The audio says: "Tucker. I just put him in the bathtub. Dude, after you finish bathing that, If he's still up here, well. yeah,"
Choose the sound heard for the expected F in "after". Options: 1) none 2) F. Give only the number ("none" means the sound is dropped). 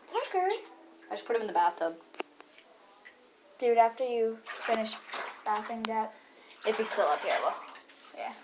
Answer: 2